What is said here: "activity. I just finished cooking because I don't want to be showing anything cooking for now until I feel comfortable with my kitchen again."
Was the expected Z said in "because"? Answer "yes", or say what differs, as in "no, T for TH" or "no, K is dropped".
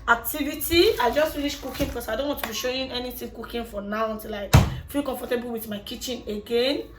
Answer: no, S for Z